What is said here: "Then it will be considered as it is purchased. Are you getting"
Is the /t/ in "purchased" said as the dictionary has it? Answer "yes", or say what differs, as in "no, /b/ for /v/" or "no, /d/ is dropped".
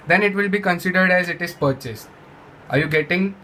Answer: yes